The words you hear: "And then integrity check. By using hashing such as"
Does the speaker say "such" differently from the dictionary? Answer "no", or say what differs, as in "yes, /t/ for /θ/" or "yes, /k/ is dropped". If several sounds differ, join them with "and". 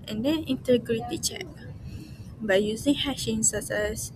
yes, /s/ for /tʃ/